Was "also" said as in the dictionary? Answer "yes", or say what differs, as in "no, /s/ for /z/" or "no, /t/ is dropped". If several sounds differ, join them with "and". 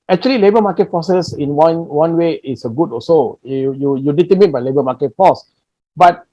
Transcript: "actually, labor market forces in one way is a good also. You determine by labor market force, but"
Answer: no, /l/ is dropped